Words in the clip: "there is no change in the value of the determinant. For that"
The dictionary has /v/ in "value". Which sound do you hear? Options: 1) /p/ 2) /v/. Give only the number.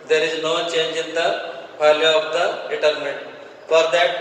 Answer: 1